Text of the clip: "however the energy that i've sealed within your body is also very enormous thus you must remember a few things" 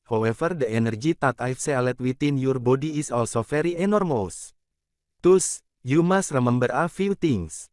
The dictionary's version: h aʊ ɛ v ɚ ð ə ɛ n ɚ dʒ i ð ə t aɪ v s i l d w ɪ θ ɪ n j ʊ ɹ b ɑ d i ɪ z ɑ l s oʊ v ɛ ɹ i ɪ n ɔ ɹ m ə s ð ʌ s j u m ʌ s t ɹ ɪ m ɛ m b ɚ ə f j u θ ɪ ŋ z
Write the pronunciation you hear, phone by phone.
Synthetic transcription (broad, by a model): h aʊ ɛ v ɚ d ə ɛ n ɚ dʒ i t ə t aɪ f s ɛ l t w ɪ t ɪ n j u ɹ b ɑ d i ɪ s ɑ l s oʊ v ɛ ɹ i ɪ n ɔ ɹ m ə s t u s j u m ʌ s t ɹ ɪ m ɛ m b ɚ ə f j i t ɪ ŋ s